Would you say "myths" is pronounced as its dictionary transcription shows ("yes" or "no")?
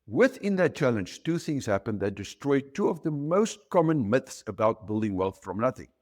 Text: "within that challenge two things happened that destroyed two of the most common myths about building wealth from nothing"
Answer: yes